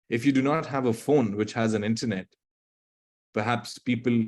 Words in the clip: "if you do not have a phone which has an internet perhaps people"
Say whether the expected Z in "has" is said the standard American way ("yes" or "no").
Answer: yes